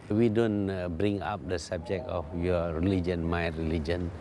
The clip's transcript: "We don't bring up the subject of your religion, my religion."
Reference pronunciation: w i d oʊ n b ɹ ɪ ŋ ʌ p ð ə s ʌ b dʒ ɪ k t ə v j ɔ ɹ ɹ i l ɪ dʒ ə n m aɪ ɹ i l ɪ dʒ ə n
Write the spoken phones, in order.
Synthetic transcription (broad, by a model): w i d oʊ n b ɹ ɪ ŋ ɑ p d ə s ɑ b dʒ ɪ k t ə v j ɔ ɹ ɹ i l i dʒ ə n m aɪ ɹ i l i dʒ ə n